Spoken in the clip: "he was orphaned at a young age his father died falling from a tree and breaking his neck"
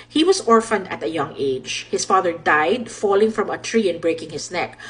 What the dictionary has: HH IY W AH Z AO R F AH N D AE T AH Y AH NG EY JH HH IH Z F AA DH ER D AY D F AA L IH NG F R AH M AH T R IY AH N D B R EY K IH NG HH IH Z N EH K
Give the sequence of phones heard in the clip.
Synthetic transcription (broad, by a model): HH IY W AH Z AO R F AH N D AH T AH Y AH NG EY JH HH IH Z F AA DH ER D AY D F AA L IH NG F R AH M AH T R IY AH N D B R EY K IH NG HH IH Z N EH K